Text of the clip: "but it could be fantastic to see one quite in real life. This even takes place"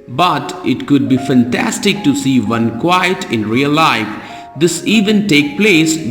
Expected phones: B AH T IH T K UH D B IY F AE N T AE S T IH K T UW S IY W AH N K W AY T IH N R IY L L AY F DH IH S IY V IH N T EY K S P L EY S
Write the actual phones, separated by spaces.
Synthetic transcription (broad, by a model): B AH T IH T K UH D B IY F AE N T AE S T IH K T UW S IY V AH N K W AY T IH N R IY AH L AY F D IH S IY V IH N T EY K P L EY S